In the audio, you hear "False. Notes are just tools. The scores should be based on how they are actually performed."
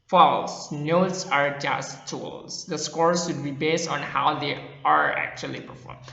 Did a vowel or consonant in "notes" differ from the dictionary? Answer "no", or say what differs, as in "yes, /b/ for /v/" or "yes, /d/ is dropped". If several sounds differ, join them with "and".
no